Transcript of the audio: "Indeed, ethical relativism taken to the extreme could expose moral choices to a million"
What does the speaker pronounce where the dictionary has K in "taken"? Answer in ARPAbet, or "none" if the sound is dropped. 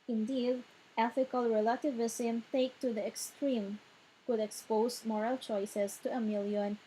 none